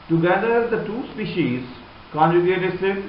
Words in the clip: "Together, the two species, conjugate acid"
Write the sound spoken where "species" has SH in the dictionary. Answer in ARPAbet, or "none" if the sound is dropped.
SH